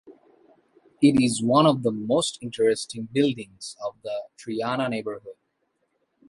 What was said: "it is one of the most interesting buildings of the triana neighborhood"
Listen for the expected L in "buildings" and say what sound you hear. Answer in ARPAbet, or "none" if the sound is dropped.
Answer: L